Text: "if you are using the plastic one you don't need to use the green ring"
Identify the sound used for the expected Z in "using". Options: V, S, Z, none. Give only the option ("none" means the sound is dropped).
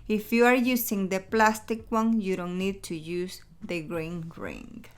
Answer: S